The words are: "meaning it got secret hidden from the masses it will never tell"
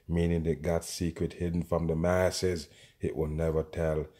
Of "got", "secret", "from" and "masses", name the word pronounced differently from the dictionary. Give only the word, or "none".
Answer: none